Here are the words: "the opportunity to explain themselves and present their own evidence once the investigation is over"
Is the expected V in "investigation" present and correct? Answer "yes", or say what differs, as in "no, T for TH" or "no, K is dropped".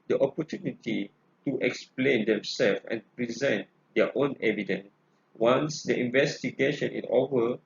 yes